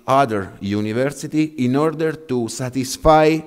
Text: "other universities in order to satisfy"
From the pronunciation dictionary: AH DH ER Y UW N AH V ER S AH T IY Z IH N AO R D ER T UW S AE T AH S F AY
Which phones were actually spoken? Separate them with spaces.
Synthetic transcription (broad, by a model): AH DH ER Y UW N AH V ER S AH T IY IH N AO R D ER T UW S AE T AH S F AY